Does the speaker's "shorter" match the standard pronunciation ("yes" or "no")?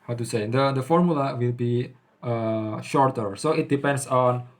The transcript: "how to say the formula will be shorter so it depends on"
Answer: yes